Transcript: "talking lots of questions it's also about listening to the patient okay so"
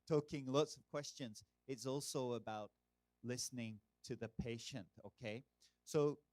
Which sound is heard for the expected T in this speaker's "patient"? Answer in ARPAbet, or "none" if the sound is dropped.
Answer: T